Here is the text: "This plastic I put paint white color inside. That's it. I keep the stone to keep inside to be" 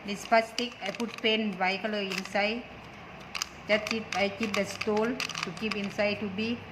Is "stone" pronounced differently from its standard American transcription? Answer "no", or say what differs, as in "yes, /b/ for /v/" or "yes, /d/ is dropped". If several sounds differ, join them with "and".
yes, /l/ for /n/